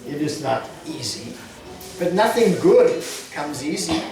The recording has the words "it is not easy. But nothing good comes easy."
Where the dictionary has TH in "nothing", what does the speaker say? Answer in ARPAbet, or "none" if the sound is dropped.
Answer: TH